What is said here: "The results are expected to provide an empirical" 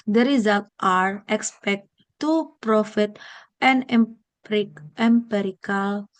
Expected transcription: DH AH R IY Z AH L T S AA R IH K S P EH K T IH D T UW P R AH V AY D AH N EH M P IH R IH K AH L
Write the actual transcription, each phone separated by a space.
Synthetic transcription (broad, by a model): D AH R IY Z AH L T AA R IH K S P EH K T T UW P R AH F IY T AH N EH M P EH R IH K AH L